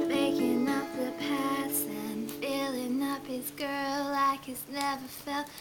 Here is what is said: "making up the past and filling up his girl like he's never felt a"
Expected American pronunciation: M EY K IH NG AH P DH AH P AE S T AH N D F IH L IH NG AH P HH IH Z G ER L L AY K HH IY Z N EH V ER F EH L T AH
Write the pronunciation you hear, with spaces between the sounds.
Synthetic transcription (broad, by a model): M EY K IH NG AH P DH AH P AE S AH N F IH L IH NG AH P HH IH Z G ER L L AY K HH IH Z N EH V ER F EH L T